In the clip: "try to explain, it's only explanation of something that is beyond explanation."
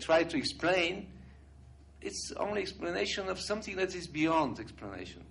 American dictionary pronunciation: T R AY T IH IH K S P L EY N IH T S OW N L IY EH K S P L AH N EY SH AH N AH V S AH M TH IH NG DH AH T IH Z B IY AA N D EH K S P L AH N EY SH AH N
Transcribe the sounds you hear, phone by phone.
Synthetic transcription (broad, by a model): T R AY T IH IH K S P L EY N IH T S OW N L IY EH K S P L AH N EY SH AH N AH V S AH M TH IH NG DH AH T IH Z B IY AA N D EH K S P L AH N EY SH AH N